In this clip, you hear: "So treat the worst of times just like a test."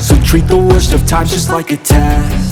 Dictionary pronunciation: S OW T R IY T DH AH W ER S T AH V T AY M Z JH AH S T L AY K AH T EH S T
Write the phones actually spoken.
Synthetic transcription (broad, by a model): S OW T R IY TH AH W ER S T AH V T AY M JH AH S T L AY K AH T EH